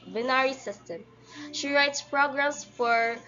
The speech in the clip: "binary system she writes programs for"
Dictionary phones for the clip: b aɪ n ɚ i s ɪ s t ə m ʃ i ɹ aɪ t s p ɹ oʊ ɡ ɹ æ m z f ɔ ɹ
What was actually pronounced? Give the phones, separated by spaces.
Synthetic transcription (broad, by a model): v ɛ n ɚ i s ɪ s t ə m ʃ i ɹ aɪ t s p ɹ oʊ ɡ ɹ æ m s f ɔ ɹ